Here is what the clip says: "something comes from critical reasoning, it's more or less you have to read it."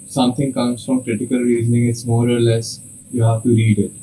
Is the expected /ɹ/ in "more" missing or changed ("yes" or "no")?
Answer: no